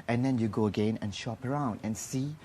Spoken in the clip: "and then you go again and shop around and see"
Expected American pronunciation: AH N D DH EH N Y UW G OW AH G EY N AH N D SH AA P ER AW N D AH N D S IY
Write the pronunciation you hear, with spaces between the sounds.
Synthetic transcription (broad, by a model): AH N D EH N Y UW G OW AH G EY N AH N SH AA P ER AW N D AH N S IY